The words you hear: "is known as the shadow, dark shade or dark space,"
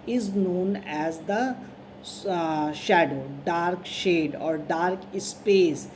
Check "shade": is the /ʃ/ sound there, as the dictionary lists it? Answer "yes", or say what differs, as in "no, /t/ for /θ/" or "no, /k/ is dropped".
yes